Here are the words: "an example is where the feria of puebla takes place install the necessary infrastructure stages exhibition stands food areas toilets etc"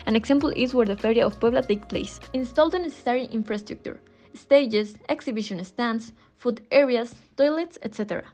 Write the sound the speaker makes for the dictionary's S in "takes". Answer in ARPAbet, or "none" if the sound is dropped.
none